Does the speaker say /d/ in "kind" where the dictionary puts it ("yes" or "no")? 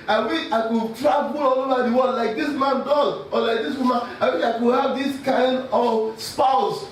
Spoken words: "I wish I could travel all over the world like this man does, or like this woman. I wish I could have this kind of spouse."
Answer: yes